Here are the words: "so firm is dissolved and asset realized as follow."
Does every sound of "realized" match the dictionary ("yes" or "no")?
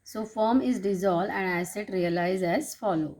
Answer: no